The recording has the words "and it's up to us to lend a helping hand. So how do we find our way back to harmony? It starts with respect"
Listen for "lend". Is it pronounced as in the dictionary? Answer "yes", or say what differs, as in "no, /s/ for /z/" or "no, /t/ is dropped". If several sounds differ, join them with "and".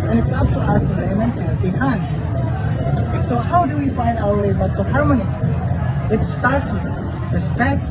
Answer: no, /n/ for /l/